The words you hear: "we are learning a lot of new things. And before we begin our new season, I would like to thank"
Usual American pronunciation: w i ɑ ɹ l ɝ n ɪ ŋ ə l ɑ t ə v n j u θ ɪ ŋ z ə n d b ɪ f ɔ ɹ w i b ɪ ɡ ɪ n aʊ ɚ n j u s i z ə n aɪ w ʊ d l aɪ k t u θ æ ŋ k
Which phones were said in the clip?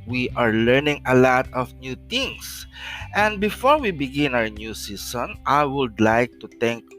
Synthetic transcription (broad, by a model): w i ɑ ɹ l ɝ n ɪ ŋ ə l ɑ t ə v n j u t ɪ ŋ s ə n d b ɪ f ɔ ɹ w i b ɪ ɡ ɪ n aʊ ɚ n j u s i s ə n aɪ w ʊ d l aɪ k t u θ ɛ ŋ k